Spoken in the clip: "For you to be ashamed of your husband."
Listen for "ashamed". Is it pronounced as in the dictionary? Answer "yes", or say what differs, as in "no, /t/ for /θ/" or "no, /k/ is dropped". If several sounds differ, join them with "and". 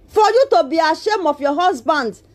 no, /d/ is dropped